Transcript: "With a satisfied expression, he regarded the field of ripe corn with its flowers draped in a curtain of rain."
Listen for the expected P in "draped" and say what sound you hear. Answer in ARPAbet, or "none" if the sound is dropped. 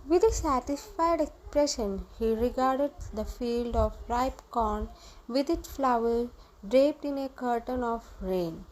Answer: P